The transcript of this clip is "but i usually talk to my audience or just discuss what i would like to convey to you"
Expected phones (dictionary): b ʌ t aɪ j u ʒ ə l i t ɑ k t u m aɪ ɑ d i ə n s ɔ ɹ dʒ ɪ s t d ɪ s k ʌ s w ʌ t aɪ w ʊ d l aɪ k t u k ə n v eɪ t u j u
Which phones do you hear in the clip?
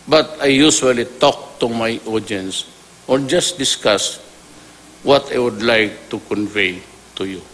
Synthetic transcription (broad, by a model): b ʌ t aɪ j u s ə l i t ɑ k t u m aɪ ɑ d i n s ɔ ɹ dʒ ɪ s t d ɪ s k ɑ s w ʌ t aɪ w ʊ d l aɪ k t u k ə n v eɪ t u j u